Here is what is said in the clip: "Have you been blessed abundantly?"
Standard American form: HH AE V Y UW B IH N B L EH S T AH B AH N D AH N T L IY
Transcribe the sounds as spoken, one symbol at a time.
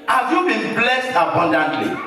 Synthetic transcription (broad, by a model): HH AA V Y UW B IH N B L EH S T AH B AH N D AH N T L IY